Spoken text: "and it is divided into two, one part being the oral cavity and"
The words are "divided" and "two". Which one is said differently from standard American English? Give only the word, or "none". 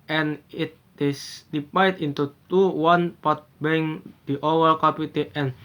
divided